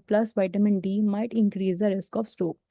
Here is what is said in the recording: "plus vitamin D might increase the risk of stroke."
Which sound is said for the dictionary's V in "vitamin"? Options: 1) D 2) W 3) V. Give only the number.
3